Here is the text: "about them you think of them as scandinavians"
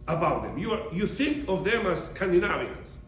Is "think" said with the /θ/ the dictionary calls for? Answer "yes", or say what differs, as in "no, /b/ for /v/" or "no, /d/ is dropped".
yes